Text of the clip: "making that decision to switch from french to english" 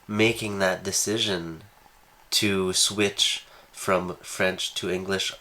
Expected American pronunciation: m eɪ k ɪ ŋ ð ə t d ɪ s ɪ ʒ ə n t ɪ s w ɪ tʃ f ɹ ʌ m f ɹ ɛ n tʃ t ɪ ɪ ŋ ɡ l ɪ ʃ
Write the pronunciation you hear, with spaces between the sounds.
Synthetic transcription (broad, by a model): m eɪ k ɪ ŋ ð ə t d ɪ s ɪ ʒ ə n t ɪ s w ɪ tʃ f ɹ ʌ m f ɹ ɛ n tʃ t ɪ ɪ ŋ ɡ l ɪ ʃ